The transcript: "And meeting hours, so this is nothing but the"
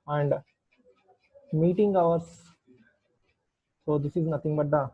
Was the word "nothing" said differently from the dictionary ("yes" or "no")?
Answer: yes